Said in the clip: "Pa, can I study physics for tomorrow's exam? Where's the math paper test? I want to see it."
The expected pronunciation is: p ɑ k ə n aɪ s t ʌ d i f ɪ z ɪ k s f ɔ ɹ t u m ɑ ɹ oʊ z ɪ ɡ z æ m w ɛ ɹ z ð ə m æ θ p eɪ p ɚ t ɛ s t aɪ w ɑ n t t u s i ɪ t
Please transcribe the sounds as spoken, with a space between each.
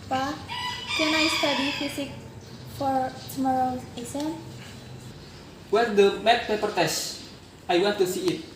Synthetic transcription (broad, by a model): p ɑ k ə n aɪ s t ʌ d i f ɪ s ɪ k f ɔ ɹ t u m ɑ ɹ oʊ ɪ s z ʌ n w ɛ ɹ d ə m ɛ t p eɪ p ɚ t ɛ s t aɪ w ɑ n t t u s i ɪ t